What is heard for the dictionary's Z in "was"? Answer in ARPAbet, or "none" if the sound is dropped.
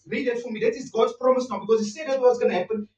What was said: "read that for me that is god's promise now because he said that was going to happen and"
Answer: S